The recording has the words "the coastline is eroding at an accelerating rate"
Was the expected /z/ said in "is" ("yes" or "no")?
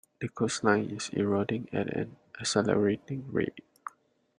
no